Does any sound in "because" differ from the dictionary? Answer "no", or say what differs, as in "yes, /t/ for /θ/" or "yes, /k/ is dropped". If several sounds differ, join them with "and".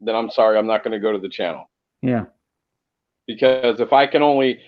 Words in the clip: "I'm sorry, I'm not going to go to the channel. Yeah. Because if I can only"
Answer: no